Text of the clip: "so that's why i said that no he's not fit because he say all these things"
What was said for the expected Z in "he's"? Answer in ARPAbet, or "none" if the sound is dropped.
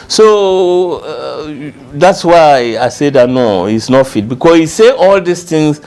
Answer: S